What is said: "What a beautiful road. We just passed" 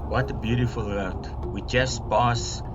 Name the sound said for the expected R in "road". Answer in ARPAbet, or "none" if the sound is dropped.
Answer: W